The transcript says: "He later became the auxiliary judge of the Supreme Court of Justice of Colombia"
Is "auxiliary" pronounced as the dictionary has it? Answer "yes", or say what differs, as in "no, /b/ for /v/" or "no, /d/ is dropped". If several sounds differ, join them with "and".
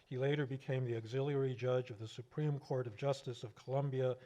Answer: yes